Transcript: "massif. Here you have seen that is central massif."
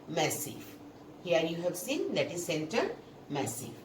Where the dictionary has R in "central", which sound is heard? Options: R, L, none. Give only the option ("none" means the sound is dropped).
none